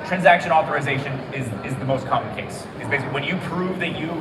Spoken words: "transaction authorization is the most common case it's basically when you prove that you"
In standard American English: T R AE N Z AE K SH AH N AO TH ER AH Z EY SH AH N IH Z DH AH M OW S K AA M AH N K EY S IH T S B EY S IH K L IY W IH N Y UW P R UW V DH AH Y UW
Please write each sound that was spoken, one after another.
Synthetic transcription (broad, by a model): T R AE N Z AE K SH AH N AO TH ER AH Z EY SH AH N IH Z DH AH M OW S K AA M AH N K EY S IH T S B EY IH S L W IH N Y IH P R UW V DH AH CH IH